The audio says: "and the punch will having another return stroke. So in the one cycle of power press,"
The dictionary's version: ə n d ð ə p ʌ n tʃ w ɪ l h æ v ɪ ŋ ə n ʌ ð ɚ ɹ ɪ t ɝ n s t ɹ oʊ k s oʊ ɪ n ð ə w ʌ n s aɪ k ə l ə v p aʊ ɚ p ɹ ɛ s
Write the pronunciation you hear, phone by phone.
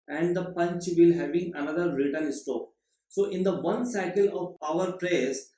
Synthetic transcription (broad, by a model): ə n d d ə p ʌ n tʃ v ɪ l h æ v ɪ ŋ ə n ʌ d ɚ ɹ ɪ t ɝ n s t oʊ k s oʊ ɪ n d ə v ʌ n s aɪ k ə l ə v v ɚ p ɹ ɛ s